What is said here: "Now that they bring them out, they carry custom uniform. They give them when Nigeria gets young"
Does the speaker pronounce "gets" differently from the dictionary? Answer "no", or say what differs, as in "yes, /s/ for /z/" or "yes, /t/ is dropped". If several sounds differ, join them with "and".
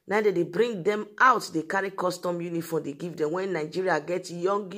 yes, /s/ is dropped